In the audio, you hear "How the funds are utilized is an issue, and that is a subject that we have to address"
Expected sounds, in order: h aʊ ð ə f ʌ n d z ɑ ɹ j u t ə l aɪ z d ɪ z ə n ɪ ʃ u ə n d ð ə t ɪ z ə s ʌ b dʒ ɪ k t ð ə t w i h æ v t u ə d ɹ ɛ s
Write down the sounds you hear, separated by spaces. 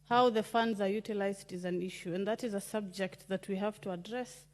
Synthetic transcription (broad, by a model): h aʊ ð ə f ʌ n d z ɑ ɹ j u t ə l aɪ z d ɪ z ə n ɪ ʃ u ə n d ð ə t ɪ z ə s ʌ b dʒ ɪ k t ð ə t w i h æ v t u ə d ɹ ɛ s